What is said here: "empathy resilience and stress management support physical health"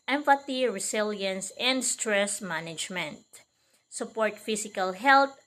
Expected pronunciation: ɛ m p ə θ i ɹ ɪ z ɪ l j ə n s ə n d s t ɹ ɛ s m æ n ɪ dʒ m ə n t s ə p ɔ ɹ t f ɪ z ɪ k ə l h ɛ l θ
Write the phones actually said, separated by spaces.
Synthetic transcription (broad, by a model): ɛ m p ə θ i ɹ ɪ s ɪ l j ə n s ə n d s t ɹ ɛ s m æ n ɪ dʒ m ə n t s ə p ɔ ɹ t f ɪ s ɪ k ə l h ɛ l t